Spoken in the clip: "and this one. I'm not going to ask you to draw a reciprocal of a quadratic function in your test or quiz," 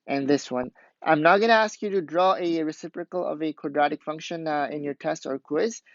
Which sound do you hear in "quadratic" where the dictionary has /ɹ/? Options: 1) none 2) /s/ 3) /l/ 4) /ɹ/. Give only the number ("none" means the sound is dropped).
4